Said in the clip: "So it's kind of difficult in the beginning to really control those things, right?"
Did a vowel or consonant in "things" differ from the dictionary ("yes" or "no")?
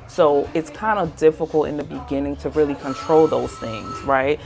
no